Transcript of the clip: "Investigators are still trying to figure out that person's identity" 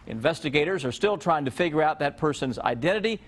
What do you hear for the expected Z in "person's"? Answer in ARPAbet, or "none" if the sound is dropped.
Z